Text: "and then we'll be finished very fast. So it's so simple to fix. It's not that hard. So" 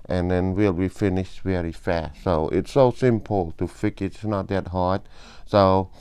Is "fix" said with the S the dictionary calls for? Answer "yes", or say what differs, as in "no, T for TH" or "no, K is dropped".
no, S is dropped